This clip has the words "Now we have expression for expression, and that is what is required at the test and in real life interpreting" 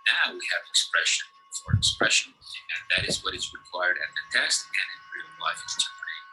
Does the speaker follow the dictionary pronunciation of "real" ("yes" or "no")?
no